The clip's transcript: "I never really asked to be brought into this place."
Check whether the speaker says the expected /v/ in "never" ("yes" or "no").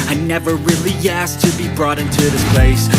yes